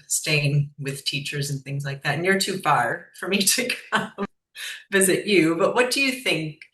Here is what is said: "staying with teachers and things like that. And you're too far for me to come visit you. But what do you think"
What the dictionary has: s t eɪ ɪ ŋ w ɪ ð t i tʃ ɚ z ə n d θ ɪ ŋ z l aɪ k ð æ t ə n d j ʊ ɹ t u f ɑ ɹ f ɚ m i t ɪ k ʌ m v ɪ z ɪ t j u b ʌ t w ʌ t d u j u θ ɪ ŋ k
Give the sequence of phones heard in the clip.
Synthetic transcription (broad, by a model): s t eɪ ɪ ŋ w ɪ ð t i tʃ ɚ z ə n θ ɪ ŋ z l aɪ k ð æ t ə n j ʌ ɹ t u f ɑ ɹ f ɚ m i t ɪ k ʌ m v ɪ z ɪ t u b ʌ t w ʌ t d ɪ j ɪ θ ɪ ŋ k